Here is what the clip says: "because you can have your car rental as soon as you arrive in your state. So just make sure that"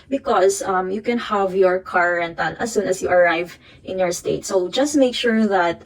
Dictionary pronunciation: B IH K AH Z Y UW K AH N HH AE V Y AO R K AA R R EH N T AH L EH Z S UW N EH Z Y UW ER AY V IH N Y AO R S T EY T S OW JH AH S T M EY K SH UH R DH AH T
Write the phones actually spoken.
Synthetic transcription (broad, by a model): B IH K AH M Y UW K AH N HH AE V Y AO R K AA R R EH N T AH N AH S UW N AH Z Y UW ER AY V IH N Y AO R S T EY T S OW JH AH S T M EY K SH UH R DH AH T